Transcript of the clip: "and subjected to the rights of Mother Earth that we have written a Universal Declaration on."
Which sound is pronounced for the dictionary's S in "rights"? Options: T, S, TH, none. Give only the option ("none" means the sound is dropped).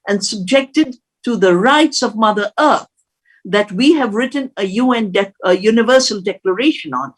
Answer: S